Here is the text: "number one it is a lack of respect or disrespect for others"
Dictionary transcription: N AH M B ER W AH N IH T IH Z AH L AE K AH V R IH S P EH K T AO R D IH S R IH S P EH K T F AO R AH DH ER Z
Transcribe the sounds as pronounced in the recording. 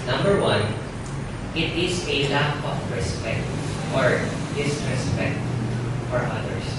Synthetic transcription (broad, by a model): N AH M B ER W AH N IH T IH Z AH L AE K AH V R IH S P EH K T AO R D IH S R IH S P EH K T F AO R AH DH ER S